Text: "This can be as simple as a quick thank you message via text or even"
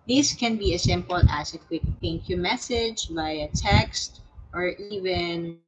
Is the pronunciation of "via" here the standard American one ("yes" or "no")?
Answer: no